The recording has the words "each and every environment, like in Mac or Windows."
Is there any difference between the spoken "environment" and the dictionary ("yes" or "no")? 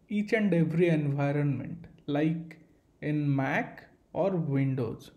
no